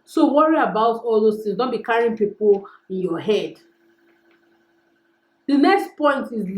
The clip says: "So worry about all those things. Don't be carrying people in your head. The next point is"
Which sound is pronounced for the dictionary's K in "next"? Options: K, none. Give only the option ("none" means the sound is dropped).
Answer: K